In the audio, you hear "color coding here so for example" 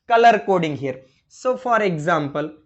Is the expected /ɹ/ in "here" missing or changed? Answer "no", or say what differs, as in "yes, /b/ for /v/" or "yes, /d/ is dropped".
no